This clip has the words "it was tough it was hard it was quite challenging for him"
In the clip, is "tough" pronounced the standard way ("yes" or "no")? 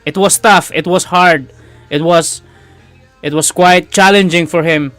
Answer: yes